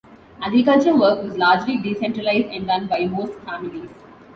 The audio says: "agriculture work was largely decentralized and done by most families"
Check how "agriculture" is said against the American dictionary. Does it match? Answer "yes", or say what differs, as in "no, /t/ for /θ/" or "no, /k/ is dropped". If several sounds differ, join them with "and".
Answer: no, /l/ is dropped